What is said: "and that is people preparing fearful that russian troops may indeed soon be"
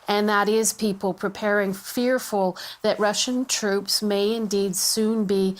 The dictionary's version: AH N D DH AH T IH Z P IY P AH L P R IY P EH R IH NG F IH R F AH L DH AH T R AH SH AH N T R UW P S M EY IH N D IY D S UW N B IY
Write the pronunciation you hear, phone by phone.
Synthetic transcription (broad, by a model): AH N DH AH T IH Z P IY P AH L P R IY P EH R IH NG F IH R F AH L DH AH T R AH SH AH N T R UW P S M EY IH N D IY D S UW N B IY